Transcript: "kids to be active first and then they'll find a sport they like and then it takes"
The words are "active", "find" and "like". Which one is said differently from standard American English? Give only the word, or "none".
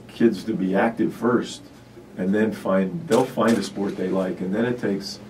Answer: none